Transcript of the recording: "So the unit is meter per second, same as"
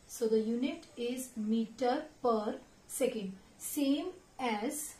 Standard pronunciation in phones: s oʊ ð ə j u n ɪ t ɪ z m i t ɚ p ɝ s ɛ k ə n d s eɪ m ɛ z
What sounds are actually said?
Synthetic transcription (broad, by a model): s oʊ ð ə j u n ɪ t ɪ z m i t ɚ p ɝ s ɛ k ə n d s eɪ m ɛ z